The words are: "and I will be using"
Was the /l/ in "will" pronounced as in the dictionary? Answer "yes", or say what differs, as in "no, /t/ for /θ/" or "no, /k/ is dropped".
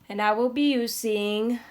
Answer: yes